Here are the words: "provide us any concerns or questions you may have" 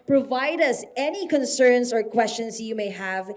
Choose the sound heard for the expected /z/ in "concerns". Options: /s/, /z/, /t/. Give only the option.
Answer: /s/